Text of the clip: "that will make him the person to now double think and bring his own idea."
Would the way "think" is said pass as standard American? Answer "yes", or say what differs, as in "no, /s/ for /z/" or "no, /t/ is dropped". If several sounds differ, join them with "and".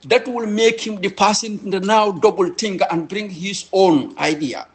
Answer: no, /t/ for /θ/